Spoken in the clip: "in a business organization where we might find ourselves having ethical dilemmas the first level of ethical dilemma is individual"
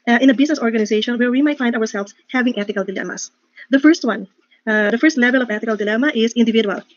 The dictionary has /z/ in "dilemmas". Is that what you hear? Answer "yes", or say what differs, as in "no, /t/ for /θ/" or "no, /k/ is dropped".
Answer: no, /s/ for /z/